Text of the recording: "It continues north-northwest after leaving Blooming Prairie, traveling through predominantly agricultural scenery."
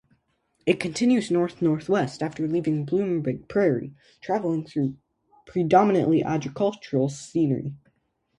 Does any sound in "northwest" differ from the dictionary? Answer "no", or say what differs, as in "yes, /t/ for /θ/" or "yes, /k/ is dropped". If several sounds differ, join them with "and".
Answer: no